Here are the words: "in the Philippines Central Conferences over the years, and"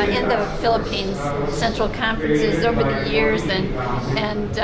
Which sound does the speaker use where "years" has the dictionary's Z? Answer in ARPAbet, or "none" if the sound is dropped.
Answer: Z